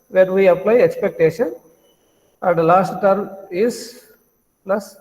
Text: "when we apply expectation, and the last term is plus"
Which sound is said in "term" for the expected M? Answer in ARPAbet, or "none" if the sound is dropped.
M